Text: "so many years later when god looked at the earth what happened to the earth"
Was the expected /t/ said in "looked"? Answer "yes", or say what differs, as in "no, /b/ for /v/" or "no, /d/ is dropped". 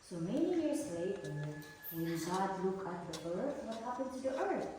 no, /t/ is dropped